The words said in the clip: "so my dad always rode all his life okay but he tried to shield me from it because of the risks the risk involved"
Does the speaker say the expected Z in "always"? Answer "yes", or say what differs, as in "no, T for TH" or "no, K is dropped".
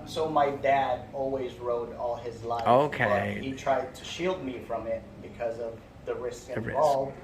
yes